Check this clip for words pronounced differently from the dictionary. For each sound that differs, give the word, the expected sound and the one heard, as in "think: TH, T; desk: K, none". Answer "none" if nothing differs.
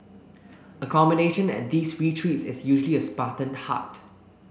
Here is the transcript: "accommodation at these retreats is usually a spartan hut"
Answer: these: Z, S; is: Z, S